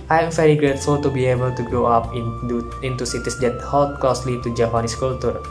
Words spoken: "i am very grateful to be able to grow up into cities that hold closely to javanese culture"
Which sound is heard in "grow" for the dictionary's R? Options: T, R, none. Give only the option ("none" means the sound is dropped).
R